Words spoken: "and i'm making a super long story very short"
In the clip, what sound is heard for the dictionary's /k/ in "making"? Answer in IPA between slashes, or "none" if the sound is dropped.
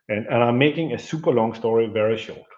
/k/